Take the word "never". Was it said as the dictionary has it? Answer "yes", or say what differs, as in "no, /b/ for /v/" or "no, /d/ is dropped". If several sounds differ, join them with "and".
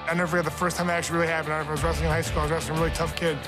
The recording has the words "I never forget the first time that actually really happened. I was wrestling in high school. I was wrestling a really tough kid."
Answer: no, /v/ is dropped